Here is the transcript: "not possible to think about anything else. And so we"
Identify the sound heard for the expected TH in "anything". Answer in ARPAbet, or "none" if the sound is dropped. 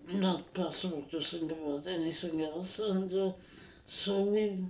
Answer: S